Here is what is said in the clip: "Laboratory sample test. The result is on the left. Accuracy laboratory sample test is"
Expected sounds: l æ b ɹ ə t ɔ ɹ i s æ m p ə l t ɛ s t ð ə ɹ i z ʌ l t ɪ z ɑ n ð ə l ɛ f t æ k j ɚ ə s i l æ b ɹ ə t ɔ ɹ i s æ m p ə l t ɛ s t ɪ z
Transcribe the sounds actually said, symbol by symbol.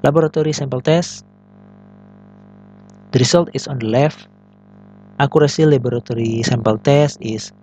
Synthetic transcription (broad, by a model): l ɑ b ɹ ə t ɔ ɹ i s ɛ m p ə l t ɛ s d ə ɹ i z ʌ l t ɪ s ɑ n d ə l ɛ f t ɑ k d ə s i l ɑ b ɹ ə t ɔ ɹ i s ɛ m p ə l t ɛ s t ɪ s